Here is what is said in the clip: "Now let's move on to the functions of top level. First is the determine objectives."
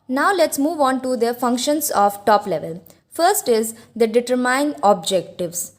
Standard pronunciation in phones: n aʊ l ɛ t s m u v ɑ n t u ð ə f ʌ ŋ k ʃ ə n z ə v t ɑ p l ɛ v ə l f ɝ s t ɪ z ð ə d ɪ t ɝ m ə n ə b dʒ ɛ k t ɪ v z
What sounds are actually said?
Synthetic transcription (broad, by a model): n aʊ l ɛ t s m u v ɑ n t u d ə f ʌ ŋ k ʃ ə n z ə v t ɑ p l ɛ v ə l f ɝ s t ɪ z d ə d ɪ t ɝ m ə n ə b dʒ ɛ k t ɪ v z